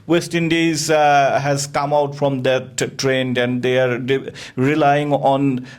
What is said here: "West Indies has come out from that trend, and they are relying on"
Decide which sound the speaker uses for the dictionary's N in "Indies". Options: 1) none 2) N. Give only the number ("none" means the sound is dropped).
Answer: 2